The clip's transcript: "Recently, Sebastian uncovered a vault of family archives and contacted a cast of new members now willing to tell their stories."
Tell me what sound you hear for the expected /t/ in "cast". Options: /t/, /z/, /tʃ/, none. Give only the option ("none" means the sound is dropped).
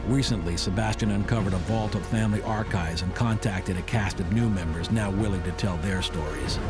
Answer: /t/